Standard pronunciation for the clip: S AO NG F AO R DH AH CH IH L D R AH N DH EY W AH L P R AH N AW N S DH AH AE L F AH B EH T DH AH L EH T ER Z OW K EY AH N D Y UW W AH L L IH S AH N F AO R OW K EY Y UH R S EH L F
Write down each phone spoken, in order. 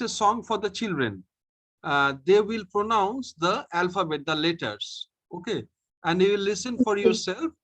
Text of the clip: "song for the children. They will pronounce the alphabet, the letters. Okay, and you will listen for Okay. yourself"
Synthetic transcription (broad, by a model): S AO NG F AO R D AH CH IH L D R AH N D EY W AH L P R AH N AW N S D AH AE L F AH B EH T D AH L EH T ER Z OW K EY AH N D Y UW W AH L L IH S AH N F AO R Y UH R S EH L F